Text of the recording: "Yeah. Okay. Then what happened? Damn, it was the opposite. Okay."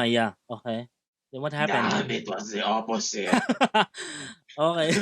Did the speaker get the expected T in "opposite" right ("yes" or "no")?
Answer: no